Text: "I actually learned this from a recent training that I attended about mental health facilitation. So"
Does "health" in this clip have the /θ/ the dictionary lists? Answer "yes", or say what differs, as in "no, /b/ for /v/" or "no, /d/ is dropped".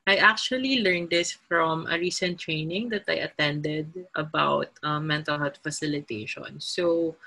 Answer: no, /t/ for /θ/